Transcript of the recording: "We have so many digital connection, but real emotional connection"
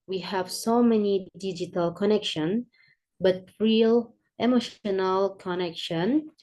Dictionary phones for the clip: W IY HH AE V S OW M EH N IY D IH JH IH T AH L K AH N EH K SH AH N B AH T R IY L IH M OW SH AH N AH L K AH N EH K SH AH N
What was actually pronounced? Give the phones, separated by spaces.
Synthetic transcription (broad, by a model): W IY HH AE V S OW M EH N IY D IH JH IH T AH L K AH N EH K SH AH N B AH T R IY L IH M OW SH AH N AH L K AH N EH K SH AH N